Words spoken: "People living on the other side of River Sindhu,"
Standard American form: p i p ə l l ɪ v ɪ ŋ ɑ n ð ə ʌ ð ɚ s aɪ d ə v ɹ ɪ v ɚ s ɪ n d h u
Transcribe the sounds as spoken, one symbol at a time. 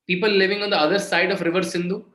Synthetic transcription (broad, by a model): p i p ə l l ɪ v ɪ ŋ ɑ n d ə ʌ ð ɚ s aɪ d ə f ɹ ɪ v ɚ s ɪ n d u